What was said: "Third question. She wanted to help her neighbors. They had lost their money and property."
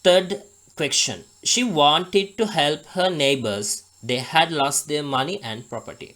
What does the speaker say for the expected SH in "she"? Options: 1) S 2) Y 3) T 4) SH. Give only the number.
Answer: 4